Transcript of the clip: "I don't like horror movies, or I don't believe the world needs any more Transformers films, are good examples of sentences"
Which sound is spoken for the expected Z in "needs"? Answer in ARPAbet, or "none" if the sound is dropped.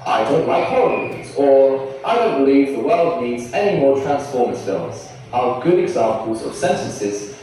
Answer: Z